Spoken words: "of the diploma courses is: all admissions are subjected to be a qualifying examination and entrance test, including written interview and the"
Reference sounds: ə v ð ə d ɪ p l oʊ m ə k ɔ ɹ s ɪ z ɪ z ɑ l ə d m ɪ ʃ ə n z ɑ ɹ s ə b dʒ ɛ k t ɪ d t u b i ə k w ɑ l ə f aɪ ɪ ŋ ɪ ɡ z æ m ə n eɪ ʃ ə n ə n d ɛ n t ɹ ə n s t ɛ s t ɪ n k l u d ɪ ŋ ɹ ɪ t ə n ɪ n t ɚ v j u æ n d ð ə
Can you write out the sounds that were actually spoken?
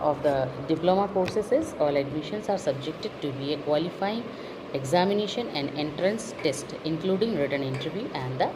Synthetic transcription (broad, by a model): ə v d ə d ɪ p l oʊ m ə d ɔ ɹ s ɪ s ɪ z ɑ l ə d m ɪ ʃ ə n s ɑ ɹ s ə b dʒ ɛ k t ɪ d t u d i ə k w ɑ l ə f aɪ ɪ ŋ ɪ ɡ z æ m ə n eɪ ʃ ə n ə n d ɛ n t ɹ ə n s t ɛ s t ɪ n k l u d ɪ ŋ ɹ ɪ t ə n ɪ n t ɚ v j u æ n d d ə